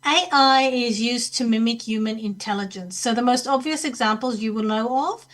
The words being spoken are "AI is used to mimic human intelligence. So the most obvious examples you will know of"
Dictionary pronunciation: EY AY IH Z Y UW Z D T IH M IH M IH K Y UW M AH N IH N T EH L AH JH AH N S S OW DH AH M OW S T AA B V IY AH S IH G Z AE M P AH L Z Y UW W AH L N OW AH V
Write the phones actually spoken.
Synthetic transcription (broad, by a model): EY AY IH Z Y UW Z T IH M IH M IH K Y UW M AH N IH N T EH L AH JH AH N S S OW DH AH M OW S T AA B V IY AH S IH G Z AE M P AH L Z Y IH W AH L N OW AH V